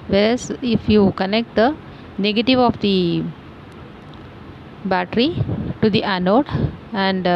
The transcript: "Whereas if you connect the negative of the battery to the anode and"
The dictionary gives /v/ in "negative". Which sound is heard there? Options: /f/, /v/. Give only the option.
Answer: /v/